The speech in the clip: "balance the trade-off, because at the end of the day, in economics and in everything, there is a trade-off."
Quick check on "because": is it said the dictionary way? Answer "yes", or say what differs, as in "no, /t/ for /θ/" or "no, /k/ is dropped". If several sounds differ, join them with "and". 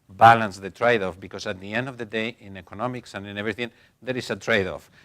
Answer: no, /s/ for /z/